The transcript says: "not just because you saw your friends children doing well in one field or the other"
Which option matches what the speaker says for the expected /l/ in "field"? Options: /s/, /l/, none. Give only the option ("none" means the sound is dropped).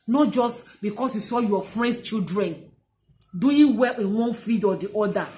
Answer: none